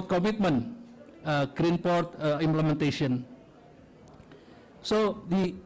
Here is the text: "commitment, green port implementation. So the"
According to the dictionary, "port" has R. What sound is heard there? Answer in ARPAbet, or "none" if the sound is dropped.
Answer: R